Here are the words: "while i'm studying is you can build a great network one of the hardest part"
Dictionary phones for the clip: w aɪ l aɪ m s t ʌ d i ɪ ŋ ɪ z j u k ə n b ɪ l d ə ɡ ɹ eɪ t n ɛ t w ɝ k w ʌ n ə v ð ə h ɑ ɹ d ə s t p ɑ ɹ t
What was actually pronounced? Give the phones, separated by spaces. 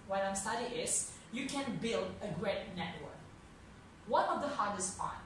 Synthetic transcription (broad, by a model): w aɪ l aɪ m s t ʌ d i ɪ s j u k ə n b ɪ l d ə ɡ ɹ eɪ t n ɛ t w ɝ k w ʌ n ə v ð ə h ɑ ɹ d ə s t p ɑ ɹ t